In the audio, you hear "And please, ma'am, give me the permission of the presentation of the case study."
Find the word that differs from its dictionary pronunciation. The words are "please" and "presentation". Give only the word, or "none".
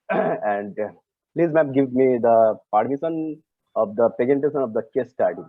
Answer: presentation